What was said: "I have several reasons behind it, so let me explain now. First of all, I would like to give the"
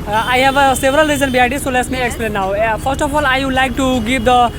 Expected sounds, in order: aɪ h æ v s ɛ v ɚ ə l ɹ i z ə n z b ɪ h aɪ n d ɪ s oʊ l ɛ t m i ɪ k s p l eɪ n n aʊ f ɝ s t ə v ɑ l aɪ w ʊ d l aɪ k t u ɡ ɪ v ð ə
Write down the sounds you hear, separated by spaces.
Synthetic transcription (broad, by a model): aɪ h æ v s ɛ v ɚ ə l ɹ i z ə n b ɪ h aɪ d ɪ s oʊ l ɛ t m i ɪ k s p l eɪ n n aʊ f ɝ s t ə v ɑ l aɪ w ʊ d l aɪ k t u ɡ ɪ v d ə